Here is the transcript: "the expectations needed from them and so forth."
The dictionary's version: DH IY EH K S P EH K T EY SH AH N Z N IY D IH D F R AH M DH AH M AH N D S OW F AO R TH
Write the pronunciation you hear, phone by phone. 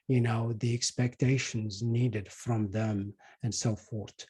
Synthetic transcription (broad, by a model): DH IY EH K S P EH K T EY SH AH N Z N IY D IH D F R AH M DH AH M AH N D S OW F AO R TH